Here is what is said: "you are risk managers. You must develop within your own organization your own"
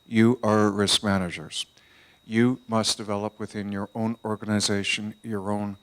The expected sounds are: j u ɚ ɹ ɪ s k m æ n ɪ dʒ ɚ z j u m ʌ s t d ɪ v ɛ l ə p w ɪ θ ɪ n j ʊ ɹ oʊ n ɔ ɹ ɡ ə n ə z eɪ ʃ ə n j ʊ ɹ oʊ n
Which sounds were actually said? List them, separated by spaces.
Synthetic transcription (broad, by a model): j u ɚ ɹ ɪ s k m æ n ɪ dʒ ɚ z j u m ʌ s d ɪ v ɛ l ə p w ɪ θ ɪ n j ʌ ɹ oʊ n ɔ ɹ ɡ ə n ə z eɪ ʃ ə n j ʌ ɹ oʊ n